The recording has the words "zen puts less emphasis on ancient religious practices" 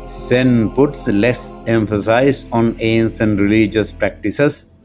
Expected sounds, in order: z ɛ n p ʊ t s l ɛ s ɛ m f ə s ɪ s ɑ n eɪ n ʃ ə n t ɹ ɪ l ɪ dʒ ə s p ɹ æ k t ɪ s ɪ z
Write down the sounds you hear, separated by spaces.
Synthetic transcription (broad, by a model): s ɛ n p ʊ t s l ɛ s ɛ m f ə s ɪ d ɑ n eɪ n s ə n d ɹ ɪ l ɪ dʒ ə s p ɹ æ k t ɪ s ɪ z